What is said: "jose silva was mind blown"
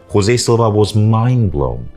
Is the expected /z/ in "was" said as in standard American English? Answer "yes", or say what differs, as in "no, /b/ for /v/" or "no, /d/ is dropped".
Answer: yes